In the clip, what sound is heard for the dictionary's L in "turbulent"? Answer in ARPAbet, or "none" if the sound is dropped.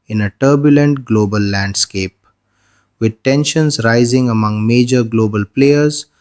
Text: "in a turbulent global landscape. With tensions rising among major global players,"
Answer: L